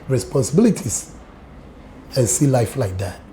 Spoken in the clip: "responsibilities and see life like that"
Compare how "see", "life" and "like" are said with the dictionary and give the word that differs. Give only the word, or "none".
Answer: none